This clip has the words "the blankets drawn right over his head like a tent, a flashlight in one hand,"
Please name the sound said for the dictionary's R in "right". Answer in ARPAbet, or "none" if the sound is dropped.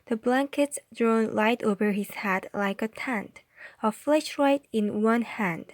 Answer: L